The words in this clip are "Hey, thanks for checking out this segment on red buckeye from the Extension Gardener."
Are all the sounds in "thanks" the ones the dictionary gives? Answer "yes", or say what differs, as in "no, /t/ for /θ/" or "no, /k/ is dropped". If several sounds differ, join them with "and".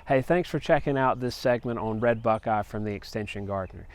yes